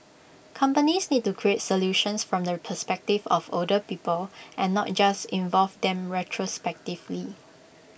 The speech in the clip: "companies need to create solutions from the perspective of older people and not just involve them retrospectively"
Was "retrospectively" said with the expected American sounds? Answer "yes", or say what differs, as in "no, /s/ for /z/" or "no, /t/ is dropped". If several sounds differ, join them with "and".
yes